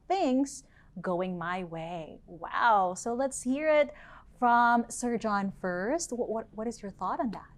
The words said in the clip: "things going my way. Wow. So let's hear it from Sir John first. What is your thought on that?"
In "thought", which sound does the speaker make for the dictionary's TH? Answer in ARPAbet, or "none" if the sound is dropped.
TH